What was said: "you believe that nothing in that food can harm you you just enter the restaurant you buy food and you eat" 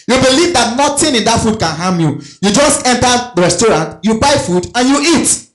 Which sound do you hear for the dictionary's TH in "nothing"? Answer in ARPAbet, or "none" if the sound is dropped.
T